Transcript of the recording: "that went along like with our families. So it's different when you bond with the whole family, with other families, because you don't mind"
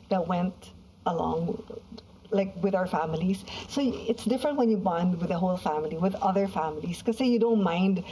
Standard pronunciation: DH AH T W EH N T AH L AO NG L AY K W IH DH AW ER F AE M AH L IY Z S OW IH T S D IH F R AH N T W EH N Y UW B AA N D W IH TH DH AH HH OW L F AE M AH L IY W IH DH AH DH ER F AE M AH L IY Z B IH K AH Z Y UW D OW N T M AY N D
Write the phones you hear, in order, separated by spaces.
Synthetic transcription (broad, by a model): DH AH T W EH N T AH L AO NG L AY K W IH DH AW ER F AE M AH L IY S S OW IH T S D IH F R AH N T W EH N Y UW B AA N D W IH DH AH HH OW L F AE M AH L IY W IH DH AH DH ER F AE M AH L IY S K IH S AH Y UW D OW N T M AY N D